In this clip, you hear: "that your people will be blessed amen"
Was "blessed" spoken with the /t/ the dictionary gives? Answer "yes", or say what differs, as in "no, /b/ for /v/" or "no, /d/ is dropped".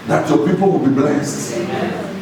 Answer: yes